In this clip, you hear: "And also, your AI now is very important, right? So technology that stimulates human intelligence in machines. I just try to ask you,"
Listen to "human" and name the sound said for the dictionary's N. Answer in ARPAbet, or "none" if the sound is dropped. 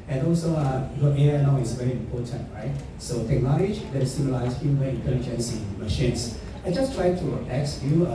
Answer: none